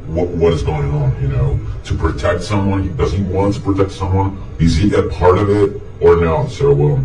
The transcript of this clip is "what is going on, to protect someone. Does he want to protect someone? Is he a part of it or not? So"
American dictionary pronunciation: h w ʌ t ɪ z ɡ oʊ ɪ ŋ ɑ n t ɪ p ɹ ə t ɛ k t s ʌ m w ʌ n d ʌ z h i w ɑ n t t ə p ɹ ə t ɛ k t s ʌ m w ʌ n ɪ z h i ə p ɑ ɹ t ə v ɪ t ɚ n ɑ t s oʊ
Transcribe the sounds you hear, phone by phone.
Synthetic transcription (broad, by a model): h w ʌ t ɪ z ɡ oʊ ɪ ŋ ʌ n t ɪ p ɹ ə t ɛ k t s ʌ m w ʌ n d ʌ z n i w ɑ n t t ə p ɹ ə t ɛ k t s ʌ m w ʌ n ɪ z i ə p ɑ ɹ t ə v ɪ t ɚ n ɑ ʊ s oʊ